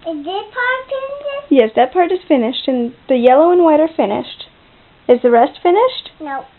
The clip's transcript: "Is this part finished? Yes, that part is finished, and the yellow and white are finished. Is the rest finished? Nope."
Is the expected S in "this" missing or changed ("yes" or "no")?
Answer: yes